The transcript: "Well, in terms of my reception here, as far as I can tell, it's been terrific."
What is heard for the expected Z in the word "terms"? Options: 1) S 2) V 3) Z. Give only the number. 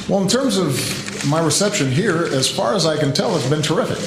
3